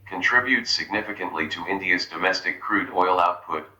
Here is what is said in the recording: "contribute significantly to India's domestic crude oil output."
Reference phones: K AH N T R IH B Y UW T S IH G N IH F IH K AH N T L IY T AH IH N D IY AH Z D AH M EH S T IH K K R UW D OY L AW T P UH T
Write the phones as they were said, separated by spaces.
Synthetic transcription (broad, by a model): K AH N T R IH B Y UW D S IH G N IH F IH K AH N T L IY T AH IH N D IY AH Z D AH M EH S T IH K K R UW D OY L AW T P UH T